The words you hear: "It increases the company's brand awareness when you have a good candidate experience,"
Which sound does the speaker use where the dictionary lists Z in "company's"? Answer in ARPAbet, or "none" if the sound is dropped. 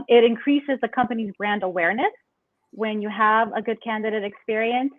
Z